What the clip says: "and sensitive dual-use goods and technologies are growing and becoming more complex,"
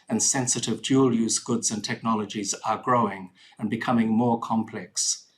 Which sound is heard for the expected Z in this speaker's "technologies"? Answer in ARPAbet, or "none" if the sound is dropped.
Z